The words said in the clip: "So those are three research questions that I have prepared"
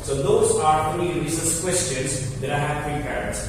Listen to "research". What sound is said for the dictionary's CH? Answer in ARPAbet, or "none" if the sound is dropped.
S